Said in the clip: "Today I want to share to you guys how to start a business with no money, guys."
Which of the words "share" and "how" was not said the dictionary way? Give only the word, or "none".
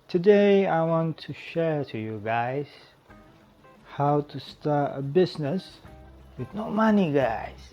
none